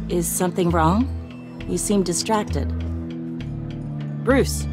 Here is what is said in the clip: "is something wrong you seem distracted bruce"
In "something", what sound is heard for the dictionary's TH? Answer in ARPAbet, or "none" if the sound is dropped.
TH